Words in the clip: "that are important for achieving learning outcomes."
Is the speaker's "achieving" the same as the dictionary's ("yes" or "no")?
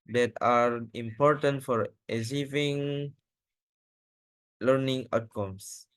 no